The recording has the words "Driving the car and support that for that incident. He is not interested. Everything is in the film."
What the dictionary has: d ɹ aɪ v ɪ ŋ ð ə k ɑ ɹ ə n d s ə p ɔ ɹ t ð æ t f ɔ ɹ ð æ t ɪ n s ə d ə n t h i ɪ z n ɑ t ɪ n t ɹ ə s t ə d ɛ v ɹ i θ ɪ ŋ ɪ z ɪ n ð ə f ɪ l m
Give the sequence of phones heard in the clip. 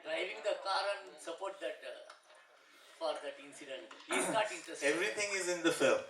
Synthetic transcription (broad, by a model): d ɹ aɪ v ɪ ŋ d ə k ɑ ɹ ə n s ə p ɔ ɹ t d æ t f ɔ ɹ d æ t ɪ n s ə d ə n t h i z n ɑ t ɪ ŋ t ə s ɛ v ɹ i t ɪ ŋ ɪ z ɪ n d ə f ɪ l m